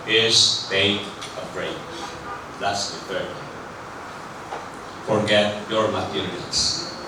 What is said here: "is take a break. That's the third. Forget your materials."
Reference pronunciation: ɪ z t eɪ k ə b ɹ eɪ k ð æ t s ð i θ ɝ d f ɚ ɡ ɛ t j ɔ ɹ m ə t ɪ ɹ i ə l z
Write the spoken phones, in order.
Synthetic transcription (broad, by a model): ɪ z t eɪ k ə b ɹ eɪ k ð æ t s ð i f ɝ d f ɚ ɡ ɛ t j ɔ ɹ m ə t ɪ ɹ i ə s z